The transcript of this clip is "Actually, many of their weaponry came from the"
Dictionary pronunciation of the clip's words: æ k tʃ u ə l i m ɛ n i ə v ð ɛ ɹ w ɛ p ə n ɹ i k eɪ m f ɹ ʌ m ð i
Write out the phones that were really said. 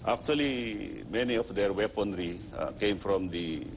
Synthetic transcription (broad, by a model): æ k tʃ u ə l i m ɛ n i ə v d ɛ ɹ w ɛ p ə n ɹ i k eɪ m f ɹ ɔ m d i